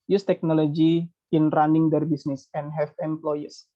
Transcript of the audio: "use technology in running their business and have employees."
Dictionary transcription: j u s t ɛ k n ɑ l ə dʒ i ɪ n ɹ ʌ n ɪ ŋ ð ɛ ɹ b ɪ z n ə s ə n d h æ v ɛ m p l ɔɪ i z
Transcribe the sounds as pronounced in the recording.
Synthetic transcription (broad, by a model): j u s t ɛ k n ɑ l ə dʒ i ɪ n ɹ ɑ n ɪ ŋ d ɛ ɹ b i s n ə s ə n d h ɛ f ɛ m p l ɔɪ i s